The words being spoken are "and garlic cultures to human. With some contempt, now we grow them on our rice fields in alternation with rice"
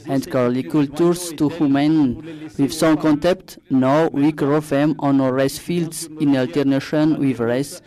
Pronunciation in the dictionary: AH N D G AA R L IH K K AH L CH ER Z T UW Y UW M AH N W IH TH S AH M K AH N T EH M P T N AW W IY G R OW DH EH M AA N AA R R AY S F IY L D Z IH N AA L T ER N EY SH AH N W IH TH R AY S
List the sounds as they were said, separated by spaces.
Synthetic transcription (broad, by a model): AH N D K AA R L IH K K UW L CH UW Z T UW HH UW M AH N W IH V S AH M K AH N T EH P T N AW W IY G R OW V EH M AA N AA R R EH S F IY L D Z IH N AA L T ER N EY SH AH N W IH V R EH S